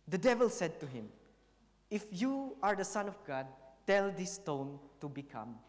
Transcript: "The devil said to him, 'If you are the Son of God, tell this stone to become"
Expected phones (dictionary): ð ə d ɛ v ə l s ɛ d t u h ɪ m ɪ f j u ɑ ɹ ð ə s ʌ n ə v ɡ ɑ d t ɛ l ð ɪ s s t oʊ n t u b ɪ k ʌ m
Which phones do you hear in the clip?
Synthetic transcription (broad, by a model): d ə d ɛ v ə l s ɛ d t u h ɪ m ɪ f j u ɑ ɹ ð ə s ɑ n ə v ɡ ɑ d t ɛ l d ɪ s s t oʊ n t u b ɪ k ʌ m